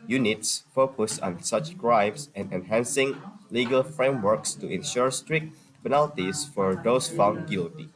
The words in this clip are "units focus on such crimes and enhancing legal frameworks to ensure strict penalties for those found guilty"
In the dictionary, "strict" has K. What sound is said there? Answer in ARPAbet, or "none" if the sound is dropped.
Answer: K